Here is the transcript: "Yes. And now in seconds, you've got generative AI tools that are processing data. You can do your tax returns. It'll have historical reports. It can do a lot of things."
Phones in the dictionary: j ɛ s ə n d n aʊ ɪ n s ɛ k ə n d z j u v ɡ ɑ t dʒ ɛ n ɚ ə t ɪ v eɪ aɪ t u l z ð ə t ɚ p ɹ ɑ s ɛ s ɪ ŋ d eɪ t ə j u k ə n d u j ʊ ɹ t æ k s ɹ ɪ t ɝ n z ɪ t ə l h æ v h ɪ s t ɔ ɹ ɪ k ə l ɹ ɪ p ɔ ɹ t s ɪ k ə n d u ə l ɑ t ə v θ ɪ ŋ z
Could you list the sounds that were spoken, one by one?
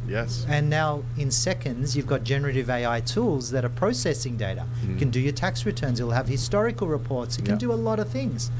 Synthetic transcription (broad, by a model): j ɛ s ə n n aʊ ɪ n s ɛ k ə n d z j u v ɡ ɑ t dʒ ɛ n ɚ ə t ɪ v eɪ aɪ t u l z ð ə t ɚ p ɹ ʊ s ɛ s ɪ ŋ d eɪ t ə k ə n d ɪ j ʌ ɹ t æ k s ɹ ɪ t ɝ n z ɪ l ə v h ɪ s t ɔ ɹ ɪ k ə l ɹ ɪ p ɔ ɹ t s ɪ k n d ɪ ə l ɑ t ə v θ ɪ ŋ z